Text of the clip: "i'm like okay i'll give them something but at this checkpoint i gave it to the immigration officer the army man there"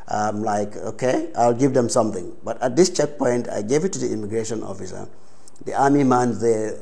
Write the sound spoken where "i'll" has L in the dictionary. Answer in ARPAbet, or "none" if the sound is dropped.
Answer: L